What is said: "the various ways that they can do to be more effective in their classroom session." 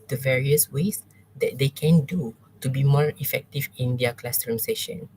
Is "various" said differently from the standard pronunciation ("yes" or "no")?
no